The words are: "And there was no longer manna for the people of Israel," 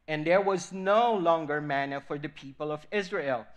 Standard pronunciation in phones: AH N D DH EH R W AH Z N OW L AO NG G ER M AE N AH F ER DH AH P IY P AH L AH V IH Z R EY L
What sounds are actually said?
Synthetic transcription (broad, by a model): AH N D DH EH R W AH Z N OW L AO NG G ER M AE N AH F ER DH AH P IY P AH L AH V IH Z R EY L